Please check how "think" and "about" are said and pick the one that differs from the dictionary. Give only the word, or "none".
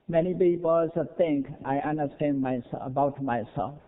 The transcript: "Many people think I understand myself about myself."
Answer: think